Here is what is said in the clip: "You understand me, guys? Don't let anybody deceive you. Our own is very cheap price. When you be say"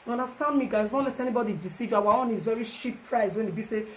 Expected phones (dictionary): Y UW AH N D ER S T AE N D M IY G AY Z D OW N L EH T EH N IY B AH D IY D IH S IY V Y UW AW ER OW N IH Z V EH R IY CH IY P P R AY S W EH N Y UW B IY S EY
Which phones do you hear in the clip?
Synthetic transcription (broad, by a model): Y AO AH N D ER S T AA N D M IY G AY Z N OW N L EH T EH N IY B AH D IY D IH S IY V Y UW AW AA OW N IH Z V EH R IY SH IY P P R AY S W EH N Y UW B IY S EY